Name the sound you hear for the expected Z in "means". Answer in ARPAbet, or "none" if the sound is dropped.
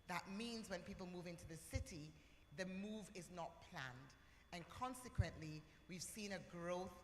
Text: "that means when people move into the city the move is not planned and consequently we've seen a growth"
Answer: Z